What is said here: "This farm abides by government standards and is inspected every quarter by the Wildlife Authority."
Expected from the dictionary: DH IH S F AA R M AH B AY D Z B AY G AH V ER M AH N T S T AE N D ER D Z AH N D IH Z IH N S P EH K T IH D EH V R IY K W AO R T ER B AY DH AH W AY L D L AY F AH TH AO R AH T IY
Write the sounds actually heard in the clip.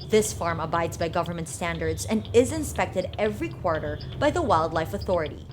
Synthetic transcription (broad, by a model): DH IH S F AA R M AH B AY D Z B AY G AH V ER M AH N T S T AE N D ER D Z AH N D IH Z IH N S P EH K T IH D EH V R IY K W AO R T ER B AY DH AH W AY L D L AY F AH TH AO R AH T IY